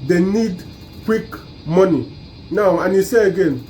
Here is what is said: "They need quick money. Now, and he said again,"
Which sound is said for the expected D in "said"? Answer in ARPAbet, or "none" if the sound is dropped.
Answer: none